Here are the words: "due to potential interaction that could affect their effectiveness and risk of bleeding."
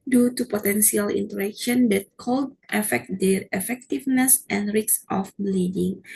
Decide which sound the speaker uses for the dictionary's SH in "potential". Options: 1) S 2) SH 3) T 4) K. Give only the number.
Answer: 1